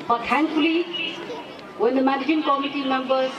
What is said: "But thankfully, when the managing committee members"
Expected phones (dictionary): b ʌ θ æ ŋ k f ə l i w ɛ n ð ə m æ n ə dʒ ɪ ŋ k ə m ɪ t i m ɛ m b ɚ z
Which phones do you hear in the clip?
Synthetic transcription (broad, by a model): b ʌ t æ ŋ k ə l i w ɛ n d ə m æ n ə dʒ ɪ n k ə m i t i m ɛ m b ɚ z